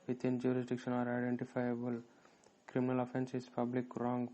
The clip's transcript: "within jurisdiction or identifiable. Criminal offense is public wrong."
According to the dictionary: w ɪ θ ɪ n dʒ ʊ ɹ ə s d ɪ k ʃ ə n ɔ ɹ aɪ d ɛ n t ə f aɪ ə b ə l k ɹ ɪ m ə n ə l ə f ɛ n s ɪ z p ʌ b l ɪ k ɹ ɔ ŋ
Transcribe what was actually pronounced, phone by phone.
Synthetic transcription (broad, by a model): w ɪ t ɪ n dʒ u ɹ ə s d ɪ k ʃ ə n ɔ ɹ aɪ d ɛ n t ə f aɪ ə b ə l k ɹ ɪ m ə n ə l ə f ɛ n s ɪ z p ʌ b l ɪ k ɹ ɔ ŋ